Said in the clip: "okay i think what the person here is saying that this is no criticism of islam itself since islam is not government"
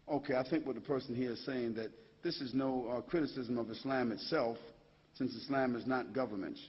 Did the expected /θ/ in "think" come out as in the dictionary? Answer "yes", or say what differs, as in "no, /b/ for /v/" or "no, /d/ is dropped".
yes